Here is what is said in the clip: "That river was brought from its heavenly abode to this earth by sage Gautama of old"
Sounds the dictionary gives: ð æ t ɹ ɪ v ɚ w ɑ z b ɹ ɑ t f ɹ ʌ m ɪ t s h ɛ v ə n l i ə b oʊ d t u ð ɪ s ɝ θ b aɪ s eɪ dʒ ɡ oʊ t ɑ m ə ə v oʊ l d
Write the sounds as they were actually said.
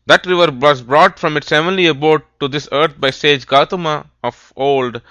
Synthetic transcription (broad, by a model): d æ t ɹ ɪ v ɚ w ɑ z b ɹ ɑ t f ɹ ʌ m ɪ t s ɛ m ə l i ə b oʊ d t u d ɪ s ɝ t b aɪ s eɪ dʒ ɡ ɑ t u m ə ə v oʊ l d